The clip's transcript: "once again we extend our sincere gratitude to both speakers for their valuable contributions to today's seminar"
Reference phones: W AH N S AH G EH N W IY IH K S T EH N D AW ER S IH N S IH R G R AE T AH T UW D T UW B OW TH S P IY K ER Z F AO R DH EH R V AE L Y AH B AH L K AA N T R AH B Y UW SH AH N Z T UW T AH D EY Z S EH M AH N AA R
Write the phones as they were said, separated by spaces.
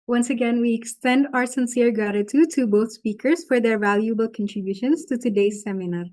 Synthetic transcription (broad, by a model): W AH N S AH G EH N W IY IH K S T EH N D AW ER S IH N S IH R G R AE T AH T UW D T UW B OW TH S P IY K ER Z F AO R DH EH R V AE L Y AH B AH L K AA N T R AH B Y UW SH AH N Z T UW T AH D EY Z S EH M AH N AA R